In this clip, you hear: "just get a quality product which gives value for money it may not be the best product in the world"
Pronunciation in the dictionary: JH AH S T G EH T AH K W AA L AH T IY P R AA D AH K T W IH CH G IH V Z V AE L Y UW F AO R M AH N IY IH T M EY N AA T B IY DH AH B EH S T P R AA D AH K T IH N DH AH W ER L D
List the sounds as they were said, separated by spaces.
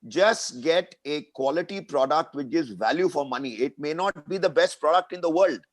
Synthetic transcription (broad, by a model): JH AH S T G EH T AH K W AA L AH T IY P R AA D AH K T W IH CH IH Z V AE L Y UW F AO R M AH N IY IH T M EY N AA T B IY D AH B EH S T P R AA D AH K T IH N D AH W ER L D